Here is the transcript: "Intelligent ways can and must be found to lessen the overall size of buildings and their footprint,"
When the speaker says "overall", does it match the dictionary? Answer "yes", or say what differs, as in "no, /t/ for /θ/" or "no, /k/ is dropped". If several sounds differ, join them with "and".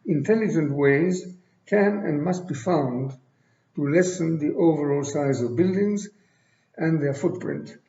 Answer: yes